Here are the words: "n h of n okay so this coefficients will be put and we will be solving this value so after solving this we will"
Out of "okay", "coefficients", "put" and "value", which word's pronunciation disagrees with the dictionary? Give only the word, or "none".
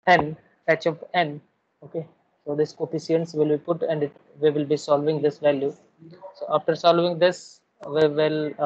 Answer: coefficients